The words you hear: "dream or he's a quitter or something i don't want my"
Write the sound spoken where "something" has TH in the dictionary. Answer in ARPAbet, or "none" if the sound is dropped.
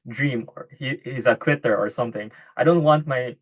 TH